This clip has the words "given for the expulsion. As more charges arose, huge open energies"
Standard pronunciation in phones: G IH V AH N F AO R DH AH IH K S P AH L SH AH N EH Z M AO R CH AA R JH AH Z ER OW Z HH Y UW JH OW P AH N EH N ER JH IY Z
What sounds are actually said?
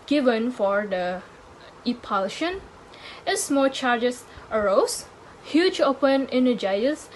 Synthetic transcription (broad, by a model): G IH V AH N F AO R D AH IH P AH L SH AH N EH S M AO L CH AA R JH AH S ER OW S HH Y UW JH OW P AH N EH N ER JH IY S